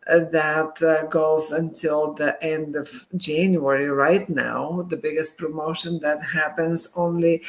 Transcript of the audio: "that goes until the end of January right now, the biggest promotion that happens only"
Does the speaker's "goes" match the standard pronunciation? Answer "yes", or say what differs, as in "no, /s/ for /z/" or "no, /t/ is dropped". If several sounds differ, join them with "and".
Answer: yes